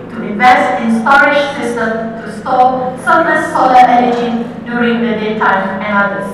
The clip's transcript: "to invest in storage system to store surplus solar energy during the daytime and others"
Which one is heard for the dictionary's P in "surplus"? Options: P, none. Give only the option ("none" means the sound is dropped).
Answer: none